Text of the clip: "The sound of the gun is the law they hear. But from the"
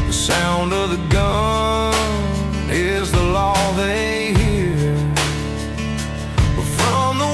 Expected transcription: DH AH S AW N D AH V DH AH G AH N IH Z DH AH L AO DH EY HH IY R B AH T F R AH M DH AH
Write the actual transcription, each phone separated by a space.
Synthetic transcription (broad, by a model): DH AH S AW N D AH V DH AH G AH N IH Z DH AH L AO DH EY HH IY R B AH T F R AH M DH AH